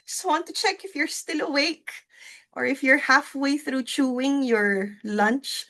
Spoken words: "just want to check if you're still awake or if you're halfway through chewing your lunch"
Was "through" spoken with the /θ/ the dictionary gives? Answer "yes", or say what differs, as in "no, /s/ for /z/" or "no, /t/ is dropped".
yes